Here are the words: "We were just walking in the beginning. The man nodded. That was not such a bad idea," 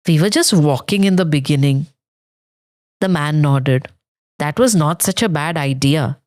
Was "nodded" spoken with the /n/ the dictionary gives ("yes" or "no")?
yes